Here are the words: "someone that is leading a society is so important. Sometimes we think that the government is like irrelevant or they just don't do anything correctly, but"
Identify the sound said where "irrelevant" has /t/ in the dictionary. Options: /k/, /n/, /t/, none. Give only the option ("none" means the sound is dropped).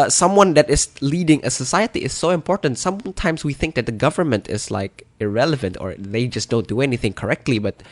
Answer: /t/